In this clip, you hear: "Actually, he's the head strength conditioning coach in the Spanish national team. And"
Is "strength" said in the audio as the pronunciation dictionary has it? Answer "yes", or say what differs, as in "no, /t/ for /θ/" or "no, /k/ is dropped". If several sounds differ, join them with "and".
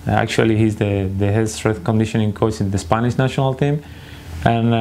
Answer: no, /ŋ/ is dropped